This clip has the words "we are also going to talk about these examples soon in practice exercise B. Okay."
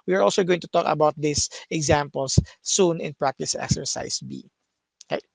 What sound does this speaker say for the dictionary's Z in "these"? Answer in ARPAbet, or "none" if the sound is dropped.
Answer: S